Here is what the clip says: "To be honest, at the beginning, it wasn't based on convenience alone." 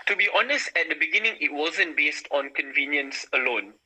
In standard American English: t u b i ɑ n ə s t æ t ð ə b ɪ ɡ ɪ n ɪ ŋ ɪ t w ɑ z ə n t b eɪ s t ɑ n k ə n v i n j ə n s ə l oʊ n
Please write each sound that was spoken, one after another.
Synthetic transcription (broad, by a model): t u b i ɑ n ə s t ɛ t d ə b ɪ ɡ ɪ n ɪ ŋ ɪ t w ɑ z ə n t b eɪ s t ɑ n k ə n v i n j ə n s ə l oʊ n